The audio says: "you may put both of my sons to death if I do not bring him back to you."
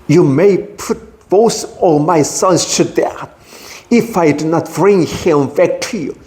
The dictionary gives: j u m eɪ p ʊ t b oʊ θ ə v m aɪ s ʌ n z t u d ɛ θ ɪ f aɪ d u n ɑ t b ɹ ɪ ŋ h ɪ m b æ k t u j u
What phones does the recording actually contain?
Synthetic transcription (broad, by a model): j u m eɪ p ʊ t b oʊ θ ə m aɪ s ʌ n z t u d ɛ ɪ f aɪ d u n ɑ t b ɹ ɪ ŋ h ɪ m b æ k t u j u